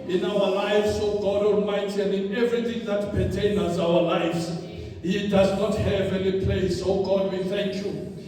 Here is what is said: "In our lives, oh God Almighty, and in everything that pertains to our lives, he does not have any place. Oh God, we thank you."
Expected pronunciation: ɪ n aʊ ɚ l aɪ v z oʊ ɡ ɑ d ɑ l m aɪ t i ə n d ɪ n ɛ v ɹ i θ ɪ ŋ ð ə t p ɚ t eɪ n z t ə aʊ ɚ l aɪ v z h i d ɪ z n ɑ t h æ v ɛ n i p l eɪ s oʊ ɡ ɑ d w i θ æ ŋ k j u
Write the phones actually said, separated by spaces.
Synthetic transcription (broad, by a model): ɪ n aʊ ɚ l aɪ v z oʊ ɡ ɑ d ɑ n m aɪ t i ə n d ɪ n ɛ v ɹ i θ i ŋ ð ə t p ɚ t eɪ n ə aʊ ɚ l aɪ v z h i d ɪ z n ɑ t h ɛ v ɛ n i p l eɪ s oʊ ɡ ɑ d w i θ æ ŋ k j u